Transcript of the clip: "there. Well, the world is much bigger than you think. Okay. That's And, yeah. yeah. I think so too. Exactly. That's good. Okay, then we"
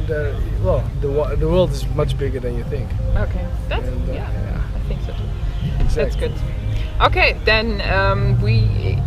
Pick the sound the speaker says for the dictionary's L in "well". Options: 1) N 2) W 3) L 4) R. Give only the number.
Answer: 2